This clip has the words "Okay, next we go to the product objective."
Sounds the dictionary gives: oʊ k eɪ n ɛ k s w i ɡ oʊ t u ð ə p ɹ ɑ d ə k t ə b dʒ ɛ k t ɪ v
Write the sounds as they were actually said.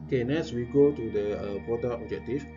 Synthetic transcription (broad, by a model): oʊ k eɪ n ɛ s w i ɡ oʊ t u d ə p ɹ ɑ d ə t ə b dʒ ɛ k t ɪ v